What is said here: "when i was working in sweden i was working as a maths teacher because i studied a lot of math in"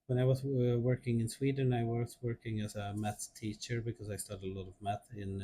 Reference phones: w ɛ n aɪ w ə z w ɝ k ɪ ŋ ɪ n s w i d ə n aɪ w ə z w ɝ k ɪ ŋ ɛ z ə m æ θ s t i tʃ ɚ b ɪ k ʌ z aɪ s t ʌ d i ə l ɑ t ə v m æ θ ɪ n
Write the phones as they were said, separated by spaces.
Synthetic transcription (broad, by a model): w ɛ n aɪ w ə z w ɝ k ɪ ŋ ɪ n s w i d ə n aɪ w ə z w ɝ k ɪ ŋ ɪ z ə m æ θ t i tʃ ɚ b ɪ k ʌ z aɪ s t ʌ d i ə l ɑ t ə v m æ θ ɪ n